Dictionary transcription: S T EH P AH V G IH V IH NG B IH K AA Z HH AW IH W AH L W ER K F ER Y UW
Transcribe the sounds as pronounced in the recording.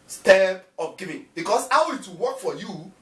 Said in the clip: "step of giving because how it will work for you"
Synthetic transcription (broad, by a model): S T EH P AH P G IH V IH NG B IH K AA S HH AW IH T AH W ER K F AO Y UW